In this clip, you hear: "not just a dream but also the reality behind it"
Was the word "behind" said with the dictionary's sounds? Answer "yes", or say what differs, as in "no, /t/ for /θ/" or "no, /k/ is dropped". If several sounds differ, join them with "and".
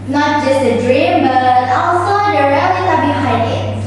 no, /n/ is dropped